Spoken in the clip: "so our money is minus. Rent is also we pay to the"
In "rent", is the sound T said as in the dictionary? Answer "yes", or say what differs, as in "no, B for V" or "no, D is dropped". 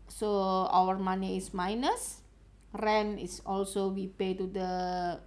no, T is dropped